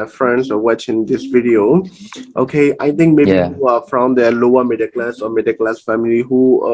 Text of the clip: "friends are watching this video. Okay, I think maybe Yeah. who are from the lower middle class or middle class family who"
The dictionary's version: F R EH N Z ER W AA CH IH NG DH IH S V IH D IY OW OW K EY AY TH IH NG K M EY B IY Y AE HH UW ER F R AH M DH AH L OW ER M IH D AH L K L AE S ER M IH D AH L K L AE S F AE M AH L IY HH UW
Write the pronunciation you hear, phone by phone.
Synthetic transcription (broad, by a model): F R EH N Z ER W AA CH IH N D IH S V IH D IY OW OW K EY AY T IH NG K M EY IY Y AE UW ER F R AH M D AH L OW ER M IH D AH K L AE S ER M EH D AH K L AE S F AE M AH L IY HH UW